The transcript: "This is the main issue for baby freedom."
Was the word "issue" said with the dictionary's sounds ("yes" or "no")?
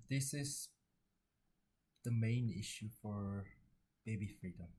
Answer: yes